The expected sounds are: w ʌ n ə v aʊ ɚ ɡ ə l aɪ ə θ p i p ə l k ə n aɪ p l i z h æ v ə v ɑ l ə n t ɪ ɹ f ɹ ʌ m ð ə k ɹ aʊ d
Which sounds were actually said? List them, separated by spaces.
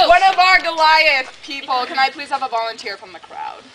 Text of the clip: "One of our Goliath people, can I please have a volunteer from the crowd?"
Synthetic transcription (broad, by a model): w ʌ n ə v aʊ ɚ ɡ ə l aɪ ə s p i p l k ə n aɪ p l i z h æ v ə v ɑ l ə n t ɪ ɹ f ɹ ʌ m ð ə k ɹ aʊ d